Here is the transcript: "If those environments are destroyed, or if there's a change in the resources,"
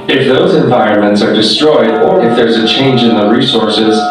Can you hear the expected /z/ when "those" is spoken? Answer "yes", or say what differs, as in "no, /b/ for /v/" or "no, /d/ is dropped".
yes